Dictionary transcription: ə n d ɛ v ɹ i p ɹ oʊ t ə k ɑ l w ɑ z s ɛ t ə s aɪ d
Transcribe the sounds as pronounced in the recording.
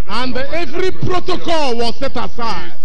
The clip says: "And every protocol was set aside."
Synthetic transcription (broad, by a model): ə n d ɛ v ɹ i p ɹ oʊ t ə k ɑ l w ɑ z s ɛ t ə s aɪ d